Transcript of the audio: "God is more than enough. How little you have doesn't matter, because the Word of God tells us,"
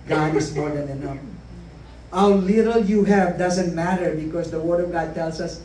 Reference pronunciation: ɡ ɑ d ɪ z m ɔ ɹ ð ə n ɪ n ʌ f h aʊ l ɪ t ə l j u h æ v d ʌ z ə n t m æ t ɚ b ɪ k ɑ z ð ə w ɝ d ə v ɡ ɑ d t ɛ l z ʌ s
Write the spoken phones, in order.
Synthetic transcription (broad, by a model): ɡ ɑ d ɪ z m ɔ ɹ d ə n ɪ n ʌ h aʊ l ɪ t ə l j u h æ v d ʌ z ə n t m æ t ɚ b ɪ k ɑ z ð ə w ɝ d ə v ɡ ɑ d t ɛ l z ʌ s